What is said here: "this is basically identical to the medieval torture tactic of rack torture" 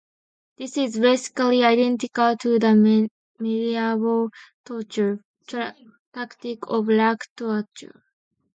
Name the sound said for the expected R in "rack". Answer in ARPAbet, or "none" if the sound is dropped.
L